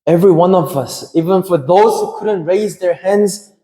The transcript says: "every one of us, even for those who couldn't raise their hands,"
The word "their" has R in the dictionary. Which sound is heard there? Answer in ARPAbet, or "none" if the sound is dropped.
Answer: R